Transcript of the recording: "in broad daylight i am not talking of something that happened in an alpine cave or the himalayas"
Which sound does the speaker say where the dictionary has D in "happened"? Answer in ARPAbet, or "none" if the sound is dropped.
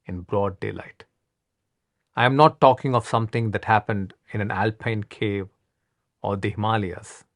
D